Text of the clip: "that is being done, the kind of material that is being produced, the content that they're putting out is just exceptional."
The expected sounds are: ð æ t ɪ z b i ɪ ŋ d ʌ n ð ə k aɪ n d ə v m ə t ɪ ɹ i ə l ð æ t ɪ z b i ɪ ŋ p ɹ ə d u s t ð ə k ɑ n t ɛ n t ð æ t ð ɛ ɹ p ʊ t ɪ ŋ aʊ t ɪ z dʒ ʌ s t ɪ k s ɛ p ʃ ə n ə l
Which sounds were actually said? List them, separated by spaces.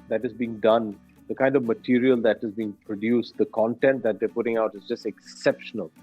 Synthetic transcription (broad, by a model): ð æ t ɪ z b i ɪ ŋ d ʌ n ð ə k aɪ n d ə v m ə t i ɹ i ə l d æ t ɪ z b i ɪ ŋ p ɹ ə d u s t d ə k ɑ n t ɛ n t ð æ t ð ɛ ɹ p ʊ t ɪ ŋ aʊ t ɪ z dʒ ʌ s t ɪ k s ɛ p ʃ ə n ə l